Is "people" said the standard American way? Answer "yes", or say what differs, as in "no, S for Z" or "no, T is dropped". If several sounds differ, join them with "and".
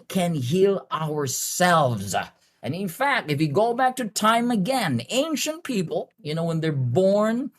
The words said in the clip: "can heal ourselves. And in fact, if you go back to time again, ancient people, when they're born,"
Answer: no, N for L